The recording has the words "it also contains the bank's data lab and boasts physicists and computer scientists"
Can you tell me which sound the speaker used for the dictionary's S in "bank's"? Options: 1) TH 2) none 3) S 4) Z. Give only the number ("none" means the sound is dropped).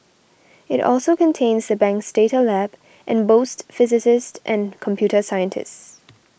3